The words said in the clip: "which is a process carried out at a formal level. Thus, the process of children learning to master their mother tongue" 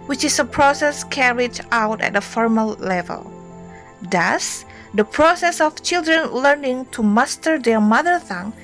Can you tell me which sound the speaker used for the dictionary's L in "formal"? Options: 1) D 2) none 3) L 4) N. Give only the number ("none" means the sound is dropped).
3